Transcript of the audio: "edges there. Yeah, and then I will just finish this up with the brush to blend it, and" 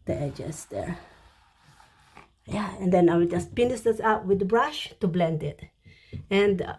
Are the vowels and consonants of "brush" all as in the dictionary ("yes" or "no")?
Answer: yes